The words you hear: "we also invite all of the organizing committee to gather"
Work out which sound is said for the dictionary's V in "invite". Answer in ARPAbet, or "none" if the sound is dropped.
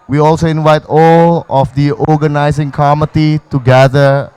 V